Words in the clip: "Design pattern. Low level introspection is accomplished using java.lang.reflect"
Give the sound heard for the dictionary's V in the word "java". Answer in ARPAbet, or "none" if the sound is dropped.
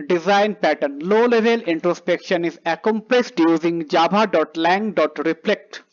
B